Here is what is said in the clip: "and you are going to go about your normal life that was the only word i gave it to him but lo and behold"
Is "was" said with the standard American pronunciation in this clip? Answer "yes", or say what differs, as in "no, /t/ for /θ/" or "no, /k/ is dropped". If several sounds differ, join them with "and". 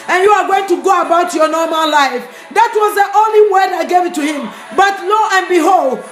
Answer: yes